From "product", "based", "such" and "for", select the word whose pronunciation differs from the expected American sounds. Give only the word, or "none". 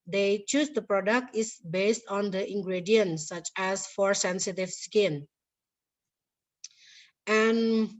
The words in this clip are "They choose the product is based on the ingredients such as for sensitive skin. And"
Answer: none